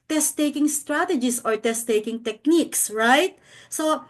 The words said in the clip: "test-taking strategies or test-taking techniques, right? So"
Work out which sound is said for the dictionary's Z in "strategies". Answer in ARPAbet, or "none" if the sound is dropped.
S